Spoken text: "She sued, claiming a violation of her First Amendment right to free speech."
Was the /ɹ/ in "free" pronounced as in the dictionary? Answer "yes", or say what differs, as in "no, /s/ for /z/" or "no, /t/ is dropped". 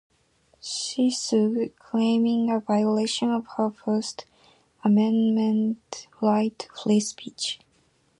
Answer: no, /l/ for /ɹ/